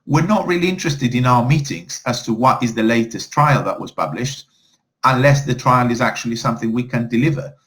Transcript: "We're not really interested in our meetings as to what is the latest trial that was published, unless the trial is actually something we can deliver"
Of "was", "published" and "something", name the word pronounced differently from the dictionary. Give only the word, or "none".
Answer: none